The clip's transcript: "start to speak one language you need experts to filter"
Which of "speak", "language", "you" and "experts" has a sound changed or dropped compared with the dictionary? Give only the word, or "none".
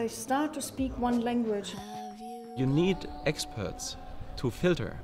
none